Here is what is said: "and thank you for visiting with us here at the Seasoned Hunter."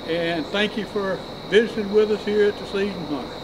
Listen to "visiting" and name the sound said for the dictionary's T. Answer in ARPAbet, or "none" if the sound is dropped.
S